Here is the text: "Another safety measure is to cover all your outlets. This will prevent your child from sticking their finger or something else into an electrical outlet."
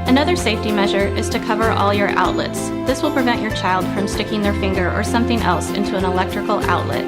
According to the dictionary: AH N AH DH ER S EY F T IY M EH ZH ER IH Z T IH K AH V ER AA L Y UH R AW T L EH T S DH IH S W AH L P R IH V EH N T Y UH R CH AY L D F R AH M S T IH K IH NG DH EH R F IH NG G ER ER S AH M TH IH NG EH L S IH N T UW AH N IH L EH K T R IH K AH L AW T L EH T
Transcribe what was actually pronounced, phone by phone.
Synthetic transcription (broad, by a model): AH N AH DH ER S EY F T IY M EH ZH ER IH Z T IH K AH V ER AA L Y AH R AW T L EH T S DH IH S W AH L P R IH V EH N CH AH R CH AY L D F R AH M S T IH K IH NG DH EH R F IH NG G ER ER S AH M TH IH NG EH L S IH N T UW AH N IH L EH K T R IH K L AW T L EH T